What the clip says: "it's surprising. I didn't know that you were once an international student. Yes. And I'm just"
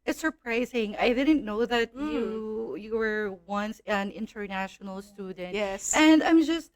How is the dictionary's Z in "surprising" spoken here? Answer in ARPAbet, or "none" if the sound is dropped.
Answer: Z